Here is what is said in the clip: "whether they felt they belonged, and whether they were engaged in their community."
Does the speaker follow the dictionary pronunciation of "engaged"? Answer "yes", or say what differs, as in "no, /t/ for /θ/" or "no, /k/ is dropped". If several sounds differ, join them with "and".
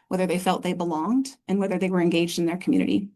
yes